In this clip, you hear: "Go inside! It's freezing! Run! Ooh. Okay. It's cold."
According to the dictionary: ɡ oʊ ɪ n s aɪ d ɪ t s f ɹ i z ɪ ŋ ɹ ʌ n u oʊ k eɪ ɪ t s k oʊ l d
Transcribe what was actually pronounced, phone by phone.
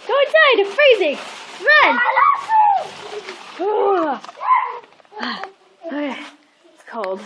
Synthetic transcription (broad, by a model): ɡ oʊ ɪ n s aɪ ɪ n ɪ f ɹ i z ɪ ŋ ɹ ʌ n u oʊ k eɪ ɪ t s k oʊ l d